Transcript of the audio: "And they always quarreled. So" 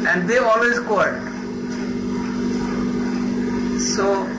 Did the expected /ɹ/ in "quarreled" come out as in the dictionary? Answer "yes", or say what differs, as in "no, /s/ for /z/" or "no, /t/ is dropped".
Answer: no, /ɹ/ is dropped